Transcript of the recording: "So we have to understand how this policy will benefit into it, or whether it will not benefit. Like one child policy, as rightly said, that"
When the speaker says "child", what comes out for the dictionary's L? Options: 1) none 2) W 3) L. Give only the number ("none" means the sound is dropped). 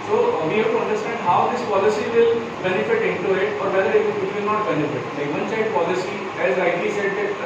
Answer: 1